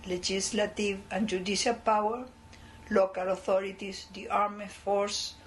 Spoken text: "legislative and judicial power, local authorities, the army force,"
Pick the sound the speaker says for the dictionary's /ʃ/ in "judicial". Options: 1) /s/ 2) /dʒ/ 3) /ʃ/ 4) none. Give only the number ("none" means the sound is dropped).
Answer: 1